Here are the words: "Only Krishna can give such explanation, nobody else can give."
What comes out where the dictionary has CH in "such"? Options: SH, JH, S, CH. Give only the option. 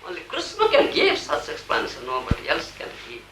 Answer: S